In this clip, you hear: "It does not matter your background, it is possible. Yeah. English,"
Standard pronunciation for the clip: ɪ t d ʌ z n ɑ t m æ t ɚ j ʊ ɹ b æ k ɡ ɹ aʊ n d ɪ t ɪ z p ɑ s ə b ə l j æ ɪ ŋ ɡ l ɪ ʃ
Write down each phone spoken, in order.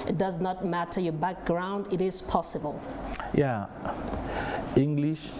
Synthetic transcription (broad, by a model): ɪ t d ʌ z n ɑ t m æ t ɚ j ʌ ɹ b æ k ɡ ɹ aʊ n d ɪ t ɪ z p ɑ s ə b ə l j æ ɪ ŋ ɡ l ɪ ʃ